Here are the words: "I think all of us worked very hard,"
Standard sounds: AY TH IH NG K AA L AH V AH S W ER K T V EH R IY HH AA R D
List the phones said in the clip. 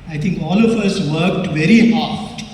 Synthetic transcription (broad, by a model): AY T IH NG K AA L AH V AH S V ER K T V EH R IY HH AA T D